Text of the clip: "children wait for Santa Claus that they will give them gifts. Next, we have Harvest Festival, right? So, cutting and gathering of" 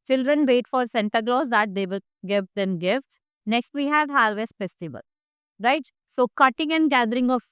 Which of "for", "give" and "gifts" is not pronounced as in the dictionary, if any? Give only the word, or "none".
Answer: none